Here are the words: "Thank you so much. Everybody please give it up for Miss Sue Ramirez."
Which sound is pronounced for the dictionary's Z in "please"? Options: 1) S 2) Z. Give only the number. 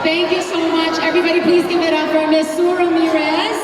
2